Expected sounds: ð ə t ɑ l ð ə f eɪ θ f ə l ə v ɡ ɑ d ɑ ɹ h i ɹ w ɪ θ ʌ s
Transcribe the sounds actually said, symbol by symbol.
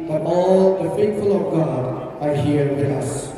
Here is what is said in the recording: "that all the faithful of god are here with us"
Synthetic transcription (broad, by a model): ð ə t ɑ l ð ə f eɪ t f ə l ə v ɡ ɑ d ɑ ɹ h i ɹ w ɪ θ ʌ s